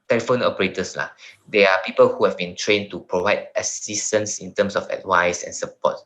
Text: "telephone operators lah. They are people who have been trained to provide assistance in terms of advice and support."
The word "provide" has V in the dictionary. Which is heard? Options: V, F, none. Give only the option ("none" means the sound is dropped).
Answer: V